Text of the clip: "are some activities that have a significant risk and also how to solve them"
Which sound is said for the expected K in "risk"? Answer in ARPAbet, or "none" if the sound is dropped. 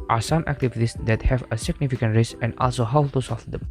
none